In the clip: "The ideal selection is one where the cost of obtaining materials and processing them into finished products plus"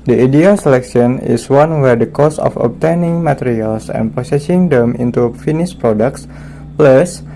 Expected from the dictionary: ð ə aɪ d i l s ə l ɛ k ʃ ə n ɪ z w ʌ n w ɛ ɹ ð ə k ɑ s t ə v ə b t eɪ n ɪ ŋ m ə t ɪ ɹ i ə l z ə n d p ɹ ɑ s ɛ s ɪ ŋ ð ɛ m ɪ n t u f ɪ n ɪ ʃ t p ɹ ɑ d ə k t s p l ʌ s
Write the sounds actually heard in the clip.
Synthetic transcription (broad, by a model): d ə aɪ d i l s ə l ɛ k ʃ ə n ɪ s w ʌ n w ɛ ɹ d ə k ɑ s ə f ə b t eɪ n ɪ ŋ m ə t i ɹ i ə l s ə n p ɑ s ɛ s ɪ ŋ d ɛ m ɪ n t u f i n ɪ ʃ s p ɹ ɑ d ə k t s p l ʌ s